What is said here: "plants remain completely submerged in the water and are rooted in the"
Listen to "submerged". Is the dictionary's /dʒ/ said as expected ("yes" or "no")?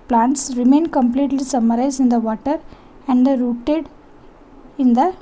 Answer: no